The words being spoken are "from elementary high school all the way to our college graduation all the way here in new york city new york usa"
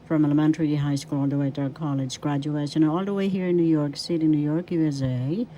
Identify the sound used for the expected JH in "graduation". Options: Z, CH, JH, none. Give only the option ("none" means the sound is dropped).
JH